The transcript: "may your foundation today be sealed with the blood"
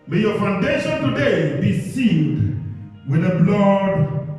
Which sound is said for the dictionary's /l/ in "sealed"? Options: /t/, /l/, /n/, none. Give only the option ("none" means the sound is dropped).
/n/